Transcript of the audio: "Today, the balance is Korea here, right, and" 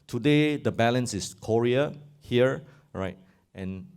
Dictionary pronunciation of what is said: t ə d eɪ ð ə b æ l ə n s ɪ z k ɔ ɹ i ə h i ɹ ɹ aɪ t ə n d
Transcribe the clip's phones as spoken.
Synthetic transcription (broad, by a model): t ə d eɪ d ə b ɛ l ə n s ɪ s k ɔ ɹ i ə h i ɹ ɹ aɪ t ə n